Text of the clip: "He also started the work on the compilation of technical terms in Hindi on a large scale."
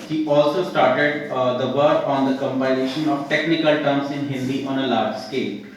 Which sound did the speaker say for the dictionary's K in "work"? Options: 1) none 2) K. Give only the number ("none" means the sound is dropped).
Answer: 1